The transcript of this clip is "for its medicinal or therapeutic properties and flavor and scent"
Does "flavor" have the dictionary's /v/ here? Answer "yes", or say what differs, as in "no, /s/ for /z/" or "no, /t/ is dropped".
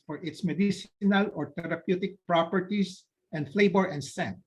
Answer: no, /b/ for /v/